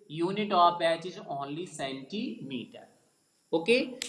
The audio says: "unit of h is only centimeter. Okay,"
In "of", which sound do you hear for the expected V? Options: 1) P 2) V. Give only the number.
1